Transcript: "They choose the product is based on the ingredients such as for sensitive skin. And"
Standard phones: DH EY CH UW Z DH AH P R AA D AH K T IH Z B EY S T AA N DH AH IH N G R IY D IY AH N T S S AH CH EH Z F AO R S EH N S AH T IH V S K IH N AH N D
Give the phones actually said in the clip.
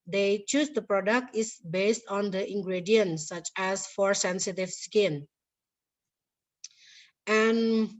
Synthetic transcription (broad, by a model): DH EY CH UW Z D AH P R AA D AH K T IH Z B EY S T AA N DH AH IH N G R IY D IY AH N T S S AH CH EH S F AO R S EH N S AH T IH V S K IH N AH N